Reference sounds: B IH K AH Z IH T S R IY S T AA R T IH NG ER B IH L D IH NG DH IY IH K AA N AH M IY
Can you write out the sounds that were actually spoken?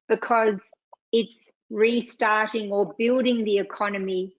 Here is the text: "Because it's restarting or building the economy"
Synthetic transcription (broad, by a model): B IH K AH Z IH T S R IY S T AA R T IH NG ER B IH L D IH NG DH IY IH K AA N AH M IY